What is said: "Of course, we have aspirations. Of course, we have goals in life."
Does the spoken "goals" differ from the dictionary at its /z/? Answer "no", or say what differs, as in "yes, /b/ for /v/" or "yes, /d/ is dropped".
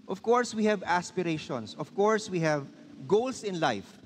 yes, /s/ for /z/